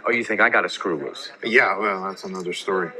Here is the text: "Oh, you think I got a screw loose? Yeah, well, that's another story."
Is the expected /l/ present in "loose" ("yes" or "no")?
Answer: no